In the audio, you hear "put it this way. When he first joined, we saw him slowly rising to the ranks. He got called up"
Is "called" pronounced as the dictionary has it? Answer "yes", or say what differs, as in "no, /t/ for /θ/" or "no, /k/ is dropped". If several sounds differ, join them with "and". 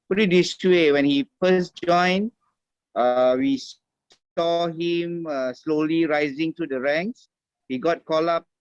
no, /d/ is dropped